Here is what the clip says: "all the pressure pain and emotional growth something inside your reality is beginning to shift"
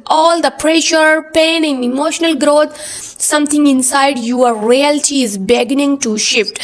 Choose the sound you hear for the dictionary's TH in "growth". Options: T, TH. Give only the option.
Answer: T